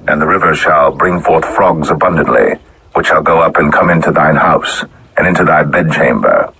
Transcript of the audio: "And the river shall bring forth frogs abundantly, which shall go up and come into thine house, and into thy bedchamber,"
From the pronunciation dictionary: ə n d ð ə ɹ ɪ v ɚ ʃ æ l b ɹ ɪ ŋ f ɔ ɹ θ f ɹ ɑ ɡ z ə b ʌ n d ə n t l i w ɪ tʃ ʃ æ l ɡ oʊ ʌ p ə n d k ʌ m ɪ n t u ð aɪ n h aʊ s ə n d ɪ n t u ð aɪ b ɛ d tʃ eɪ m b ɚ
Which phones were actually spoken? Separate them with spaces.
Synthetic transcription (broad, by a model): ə n ð ə ɹ ɪ v ɚ ʃ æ l b ɹ ɪ ŋ f ɔ ɹ θ f ɹ ɑ ɡ z ə b ʌ n d ə n t l i w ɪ tʃ ʃ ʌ l ɡ oʊ ʌ p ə n k ʌ m ɪ n t u ð aɪ n h aʊ s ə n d ɪ n t u ð aɪ b ɛ d tʃ eɪ m b ɚ